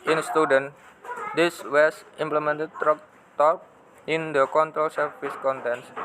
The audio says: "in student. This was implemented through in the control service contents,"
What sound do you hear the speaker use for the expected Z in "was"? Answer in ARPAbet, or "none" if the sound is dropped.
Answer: S